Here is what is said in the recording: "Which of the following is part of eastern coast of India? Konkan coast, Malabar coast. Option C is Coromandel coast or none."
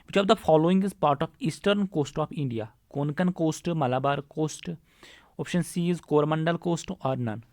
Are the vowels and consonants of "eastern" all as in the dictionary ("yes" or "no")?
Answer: yes